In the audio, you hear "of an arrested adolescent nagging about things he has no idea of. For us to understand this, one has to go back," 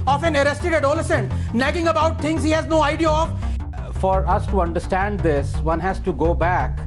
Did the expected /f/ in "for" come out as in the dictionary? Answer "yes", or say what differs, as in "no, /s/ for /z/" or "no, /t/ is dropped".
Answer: yes